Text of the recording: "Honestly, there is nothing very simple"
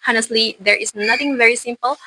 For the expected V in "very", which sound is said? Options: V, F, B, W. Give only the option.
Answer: V